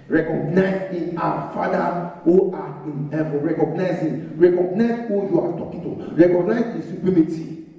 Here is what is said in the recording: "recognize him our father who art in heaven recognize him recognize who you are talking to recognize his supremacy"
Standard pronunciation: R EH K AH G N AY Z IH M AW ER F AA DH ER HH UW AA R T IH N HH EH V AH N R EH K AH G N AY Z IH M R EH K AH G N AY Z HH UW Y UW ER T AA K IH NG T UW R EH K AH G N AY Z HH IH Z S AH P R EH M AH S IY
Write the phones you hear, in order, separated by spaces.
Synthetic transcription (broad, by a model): R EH K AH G N AY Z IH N AW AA F AA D AA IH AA AH R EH K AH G N AY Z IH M R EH K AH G N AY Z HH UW Y UW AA T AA K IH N T UW R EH K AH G N AY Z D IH S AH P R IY M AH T IY